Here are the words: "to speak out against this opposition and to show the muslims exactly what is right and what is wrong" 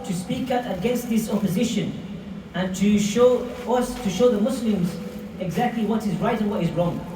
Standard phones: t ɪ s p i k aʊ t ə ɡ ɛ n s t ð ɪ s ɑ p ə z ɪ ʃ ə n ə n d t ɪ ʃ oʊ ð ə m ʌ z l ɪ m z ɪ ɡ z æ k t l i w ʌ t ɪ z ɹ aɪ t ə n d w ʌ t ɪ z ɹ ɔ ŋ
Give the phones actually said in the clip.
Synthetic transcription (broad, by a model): t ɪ s p i k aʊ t ə ɡ ɛ n s t ð ɪ s ɑ p ə z ɪ ʃ ə n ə n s t ɪ ʃ oʊ ð ə m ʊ s l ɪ m z ɪ ɡ z æ k t l i w ʌ t ɪ z ɹ aɪ t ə n w ʌ t ɪ z ɹ ɔ ŋ